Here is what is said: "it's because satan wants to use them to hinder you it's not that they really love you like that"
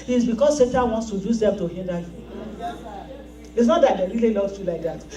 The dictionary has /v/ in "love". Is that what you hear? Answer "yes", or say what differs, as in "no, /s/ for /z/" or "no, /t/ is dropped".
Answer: no, /f/ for /v/